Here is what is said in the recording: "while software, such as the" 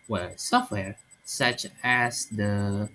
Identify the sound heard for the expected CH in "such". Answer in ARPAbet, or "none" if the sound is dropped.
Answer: CH